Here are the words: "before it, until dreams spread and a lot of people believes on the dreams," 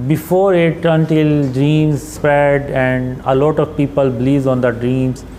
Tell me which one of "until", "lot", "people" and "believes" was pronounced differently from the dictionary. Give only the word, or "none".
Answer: believes